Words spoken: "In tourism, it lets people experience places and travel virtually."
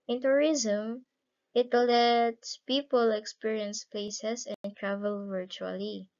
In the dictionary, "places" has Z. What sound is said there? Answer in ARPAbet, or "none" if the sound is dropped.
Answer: S